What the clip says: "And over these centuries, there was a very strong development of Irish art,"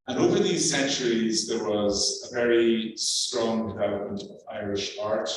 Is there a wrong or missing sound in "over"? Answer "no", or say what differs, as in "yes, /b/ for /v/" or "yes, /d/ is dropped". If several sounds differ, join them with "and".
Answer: no